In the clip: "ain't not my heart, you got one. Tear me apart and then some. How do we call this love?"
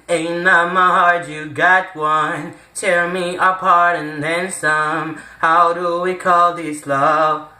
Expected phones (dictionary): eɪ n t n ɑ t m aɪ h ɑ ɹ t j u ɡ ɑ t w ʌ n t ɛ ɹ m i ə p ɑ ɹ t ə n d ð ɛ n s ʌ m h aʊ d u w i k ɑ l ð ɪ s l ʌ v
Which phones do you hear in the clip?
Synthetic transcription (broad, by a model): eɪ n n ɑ m aɪ h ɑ ɹ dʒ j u ɡ ɑ t w ʌ n t ɛ l m i ə p ɑ ɹ t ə n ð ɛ n s ʌ m h aʊ d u w i k ɑ l ð ɪ s l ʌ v